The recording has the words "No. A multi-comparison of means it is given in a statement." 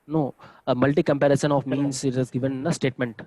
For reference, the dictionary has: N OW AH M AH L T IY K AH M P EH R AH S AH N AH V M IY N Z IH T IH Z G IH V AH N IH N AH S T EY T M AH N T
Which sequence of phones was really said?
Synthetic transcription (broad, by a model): N OW AH M AH L T IY K AH M P EH R AH S AH N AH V M IY N S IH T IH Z G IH V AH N N AH S T EY T M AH N T